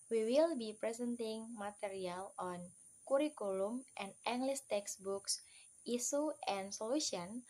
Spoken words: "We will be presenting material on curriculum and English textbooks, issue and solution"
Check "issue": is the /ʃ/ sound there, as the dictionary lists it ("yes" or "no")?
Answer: no